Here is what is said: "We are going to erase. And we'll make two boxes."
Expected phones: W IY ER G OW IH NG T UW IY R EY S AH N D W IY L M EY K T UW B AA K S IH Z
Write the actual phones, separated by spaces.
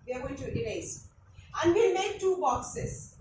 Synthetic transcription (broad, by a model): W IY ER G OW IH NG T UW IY L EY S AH N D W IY M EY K T UW B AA K S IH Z